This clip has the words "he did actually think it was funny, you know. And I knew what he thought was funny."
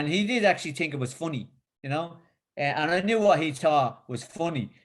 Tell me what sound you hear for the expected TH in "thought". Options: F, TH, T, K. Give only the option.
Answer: T